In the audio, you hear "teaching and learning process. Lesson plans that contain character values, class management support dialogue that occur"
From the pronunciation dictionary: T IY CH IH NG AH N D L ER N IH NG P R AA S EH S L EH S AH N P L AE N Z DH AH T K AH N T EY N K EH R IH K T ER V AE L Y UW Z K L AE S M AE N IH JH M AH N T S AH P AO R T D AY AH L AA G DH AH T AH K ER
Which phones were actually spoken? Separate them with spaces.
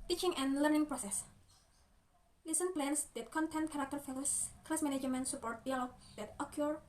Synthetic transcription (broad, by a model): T IY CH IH NG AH N L ER N IH NG P R AA S EH S L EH S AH N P L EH N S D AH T K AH N T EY N K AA R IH K T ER F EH L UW S K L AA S M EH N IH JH M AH N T S AH P AO R T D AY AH L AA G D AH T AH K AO